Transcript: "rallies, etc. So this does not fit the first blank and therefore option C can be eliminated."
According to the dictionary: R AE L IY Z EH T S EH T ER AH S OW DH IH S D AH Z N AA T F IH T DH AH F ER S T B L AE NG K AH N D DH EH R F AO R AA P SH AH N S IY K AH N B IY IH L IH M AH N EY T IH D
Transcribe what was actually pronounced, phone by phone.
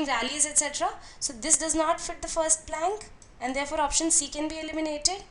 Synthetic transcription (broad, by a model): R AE L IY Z EH T S EH T ER AH S OW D IH S D AH Z N AA T F IH T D AH F ER S T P L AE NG K AH N D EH R F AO R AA P SH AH N S IY K AH N B IY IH L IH M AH N EY T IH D